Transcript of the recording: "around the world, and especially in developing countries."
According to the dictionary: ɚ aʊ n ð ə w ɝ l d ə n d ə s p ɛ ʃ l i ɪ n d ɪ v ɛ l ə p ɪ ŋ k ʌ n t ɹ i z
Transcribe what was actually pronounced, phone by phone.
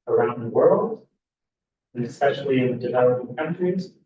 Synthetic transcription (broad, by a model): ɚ aʊ n ð ə w ɝ l d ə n ə s p ɛ ʃ l i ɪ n d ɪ v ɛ l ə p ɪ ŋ k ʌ n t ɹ i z